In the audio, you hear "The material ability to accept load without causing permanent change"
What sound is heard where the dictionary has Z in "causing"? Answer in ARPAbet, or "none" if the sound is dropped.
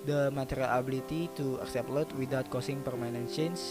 S